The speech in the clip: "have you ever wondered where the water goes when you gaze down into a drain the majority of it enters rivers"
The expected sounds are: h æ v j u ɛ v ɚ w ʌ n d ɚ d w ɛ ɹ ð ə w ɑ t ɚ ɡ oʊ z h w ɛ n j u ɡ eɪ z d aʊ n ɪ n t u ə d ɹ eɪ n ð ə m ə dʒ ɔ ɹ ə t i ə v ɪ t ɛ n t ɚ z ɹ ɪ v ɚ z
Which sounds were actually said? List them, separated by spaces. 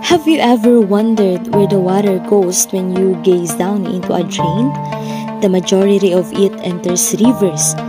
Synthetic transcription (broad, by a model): h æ v j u ɛ v ɚ w ʌ n d ɚ d w ɛ ɹ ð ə w ɑ t ɚ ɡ oʊ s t w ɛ n j u ɡ eɪ s d aʊ n ɪ n t u ə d ɹ eɪ n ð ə m ə dʒ ɔ ɹ ə t i ə v ɪ t ɛ n t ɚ s ɹ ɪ v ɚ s